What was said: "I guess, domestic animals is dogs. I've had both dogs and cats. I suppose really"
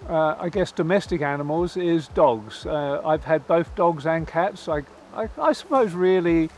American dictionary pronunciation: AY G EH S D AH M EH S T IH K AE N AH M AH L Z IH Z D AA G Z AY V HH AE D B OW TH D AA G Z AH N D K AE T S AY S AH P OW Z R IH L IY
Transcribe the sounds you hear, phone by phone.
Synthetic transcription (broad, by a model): AY G EH S D AH M EH S T IH K AE N AH M AH L Z IH Z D AA G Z AY V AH D B OW TH D AA G Z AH N K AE T S AY S AH P OW Z R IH L IY